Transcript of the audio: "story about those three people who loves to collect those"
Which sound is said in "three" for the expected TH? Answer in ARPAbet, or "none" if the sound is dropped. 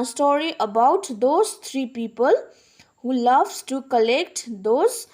T